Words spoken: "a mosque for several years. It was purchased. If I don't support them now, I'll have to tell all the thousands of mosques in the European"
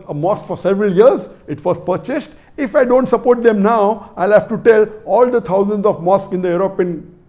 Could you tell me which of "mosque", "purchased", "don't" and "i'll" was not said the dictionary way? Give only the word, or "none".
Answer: none